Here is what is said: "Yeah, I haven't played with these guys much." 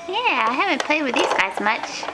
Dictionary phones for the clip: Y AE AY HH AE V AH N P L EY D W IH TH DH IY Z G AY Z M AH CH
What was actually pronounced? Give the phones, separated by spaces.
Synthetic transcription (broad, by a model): Y AE AY HH AE V AH N P L EY D W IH DH IY Z G AY Z M AH CH